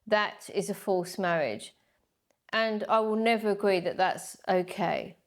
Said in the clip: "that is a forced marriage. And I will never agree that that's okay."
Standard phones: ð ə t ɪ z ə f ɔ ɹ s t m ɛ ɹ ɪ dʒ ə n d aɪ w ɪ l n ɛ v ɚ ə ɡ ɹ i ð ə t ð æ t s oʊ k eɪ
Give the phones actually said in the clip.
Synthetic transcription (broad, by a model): ð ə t ɪ z ə f ɔ l s m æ ɹ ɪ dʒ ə n aɪ w ɪ l n ɛ v ɚ ə ɡ ɹ i ð ə t ð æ t s oʊ k eɪ